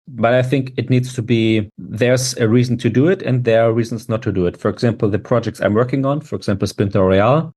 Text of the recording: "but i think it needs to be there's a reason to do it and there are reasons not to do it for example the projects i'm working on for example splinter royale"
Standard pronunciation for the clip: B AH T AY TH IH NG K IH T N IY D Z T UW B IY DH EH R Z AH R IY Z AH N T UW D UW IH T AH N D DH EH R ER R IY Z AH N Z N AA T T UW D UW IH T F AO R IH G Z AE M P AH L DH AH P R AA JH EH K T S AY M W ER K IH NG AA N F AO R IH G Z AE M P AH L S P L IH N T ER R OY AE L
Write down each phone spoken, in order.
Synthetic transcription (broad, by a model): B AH T AY TH IH NG K IH T N IY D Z T UW B IY DH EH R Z AH R IY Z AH N T UW D UW IH T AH N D DH EH R R IY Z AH N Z N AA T T UW D UW IH T F AO R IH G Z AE M P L DH AH P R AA JH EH K T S AY M W ER K IH NG AA N F AO R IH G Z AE M P L S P IH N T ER R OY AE L